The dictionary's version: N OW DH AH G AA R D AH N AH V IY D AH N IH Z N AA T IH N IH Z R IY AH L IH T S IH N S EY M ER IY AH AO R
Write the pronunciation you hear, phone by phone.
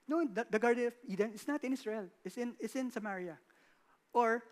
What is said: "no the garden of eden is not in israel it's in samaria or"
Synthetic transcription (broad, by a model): N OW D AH G AA R D AH N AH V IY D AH N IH S N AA T IH N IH S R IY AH N IH T S IH N S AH M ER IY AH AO R